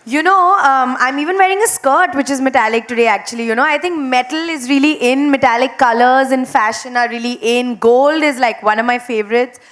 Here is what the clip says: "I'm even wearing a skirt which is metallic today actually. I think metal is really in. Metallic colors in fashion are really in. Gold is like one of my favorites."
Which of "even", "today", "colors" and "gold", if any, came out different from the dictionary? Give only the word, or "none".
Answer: none